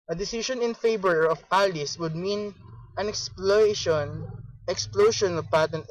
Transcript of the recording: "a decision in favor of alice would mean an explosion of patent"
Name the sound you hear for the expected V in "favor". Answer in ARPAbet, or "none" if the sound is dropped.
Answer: B